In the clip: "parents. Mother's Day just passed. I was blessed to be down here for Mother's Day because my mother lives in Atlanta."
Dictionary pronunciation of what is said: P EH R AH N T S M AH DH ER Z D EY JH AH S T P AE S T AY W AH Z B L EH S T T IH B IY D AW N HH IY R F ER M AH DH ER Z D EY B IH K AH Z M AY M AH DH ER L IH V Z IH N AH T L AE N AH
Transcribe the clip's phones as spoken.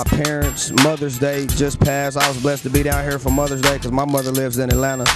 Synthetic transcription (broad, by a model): P EH R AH N T S M AH DH ER Z D EY JH AH S P AE S AY W AH Z B L EH S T T IH B IY D AW N HH IY R F ER M AH DH ER Z D EY IH K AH Z M AY M AH DH ER L IH V Z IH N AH L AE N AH